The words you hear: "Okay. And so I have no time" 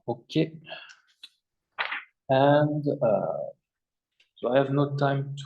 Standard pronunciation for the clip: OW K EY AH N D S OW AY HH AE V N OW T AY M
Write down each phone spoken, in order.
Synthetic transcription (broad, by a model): OW K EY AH N D S OW AY HH AE V N OW T AY M